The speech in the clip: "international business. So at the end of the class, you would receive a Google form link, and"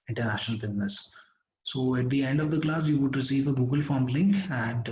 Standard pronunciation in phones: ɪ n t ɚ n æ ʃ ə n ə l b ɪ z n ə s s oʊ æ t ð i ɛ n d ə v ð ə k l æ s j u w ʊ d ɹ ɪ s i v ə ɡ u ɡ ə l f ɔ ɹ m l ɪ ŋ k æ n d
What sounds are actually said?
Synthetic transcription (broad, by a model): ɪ n t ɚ n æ ʃ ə n ə l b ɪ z n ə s s oʊ æ t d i ɛ n d ə v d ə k l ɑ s j u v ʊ d ɹ ɪ s i v ə ɡ u ɡ ə l f ɔ ɹ m l ɪ ŋ k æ n d